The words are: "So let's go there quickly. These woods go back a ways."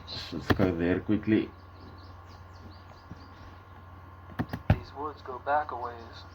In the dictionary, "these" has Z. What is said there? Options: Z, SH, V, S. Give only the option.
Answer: Z